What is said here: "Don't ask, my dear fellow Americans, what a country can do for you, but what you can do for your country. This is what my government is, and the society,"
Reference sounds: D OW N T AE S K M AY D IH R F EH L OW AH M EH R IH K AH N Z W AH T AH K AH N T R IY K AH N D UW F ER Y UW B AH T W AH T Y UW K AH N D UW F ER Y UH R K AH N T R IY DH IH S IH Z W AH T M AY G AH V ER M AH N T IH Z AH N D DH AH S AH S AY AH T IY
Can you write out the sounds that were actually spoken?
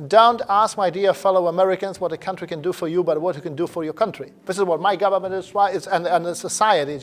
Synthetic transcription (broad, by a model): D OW N T AE S K M AY D IH R F EH L OW AH M EH R IH K AH N Z W AH T AH K AH N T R IY K AH N D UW F ER Y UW B AH T W AH T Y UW K AH N D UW F ER Y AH R K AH N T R IY DH IH S IH Z W AH T M AY G AH V ER M AH N T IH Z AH N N DH AH S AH S AY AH T IY